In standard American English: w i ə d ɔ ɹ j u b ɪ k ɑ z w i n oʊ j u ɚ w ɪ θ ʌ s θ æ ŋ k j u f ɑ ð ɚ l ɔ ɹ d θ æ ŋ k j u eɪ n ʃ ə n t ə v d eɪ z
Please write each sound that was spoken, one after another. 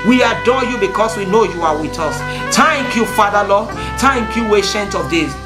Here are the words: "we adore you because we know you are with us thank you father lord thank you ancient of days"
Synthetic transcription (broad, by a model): w i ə d ɔ j u b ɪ k ɑ s w i n oʊ j u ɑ w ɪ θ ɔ s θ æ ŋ k j u f ɑ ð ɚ l ɔ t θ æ ŋ k j u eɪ ʃ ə n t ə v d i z